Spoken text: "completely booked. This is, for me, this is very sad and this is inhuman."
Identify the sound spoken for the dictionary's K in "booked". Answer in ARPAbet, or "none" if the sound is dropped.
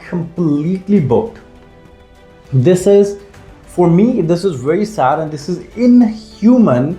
none